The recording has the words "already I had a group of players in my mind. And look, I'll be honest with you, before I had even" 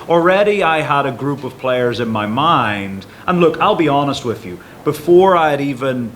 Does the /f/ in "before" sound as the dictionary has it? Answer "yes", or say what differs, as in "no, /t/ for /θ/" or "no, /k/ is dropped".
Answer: yes